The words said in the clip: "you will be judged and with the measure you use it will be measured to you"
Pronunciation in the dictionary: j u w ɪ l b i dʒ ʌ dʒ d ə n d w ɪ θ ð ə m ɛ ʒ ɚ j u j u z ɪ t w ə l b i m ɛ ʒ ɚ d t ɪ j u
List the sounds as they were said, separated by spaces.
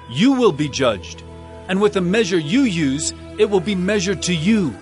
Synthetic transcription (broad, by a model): j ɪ w ɪ l b i dʒ ʌ dʒ d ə n w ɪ ð ə m ɛ ʒ ɚ j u j u z ɪ t w ə l b i m ɛ ʒ ɚ d t ɪ j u